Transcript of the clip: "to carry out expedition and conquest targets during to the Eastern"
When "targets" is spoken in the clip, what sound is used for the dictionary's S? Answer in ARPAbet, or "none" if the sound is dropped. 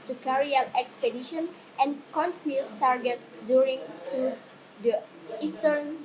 none